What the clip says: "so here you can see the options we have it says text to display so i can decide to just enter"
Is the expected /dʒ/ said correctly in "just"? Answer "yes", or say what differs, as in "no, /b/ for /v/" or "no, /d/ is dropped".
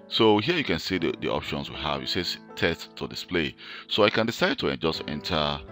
yes